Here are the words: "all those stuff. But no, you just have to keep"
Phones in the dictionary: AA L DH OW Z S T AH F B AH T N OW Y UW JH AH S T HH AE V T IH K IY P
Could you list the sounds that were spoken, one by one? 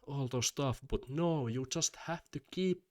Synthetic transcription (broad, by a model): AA L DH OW S T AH F B AH T N OW Y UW JH AH S T HH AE F T IH K IY P